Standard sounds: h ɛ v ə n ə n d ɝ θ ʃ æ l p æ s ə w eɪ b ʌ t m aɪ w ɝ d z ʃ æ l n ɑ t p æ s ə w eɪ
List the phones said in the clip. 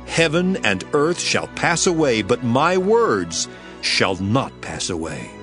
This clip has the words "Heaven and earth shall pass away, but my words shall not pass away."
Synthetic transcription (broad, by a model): h ɛ v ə n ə n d ɝ θ ʃ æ l p æ s ə w eɪ b ʌ t m aɪ w ɝ d z ʃ æ l n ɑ t p æ s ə w eɪ